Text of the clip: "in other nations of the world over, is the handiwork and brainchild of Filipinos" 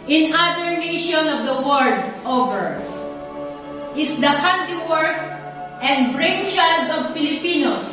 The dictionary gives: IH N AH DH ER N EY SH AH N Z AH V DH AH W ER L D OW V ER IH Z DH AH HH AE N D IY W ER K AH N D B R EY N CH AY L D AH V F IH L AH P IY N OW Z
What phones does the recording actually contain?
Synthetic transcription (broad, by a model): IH N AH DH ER N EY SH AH N AH V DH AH W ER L D OW V ER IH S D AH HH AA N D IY W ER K AH N D B R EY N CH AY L D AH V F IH L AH P IY N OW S